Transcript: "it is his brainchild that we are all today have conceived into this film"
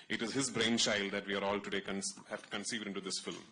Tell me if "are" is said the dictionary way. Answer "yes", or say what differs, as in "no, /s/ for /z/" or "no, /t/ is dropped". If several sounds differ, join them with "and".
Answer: yes